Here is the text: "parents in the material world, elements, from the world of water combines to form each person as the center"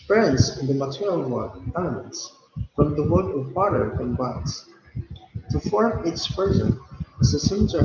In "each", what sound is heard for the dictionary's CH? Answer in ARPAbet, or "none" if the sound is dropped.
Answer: S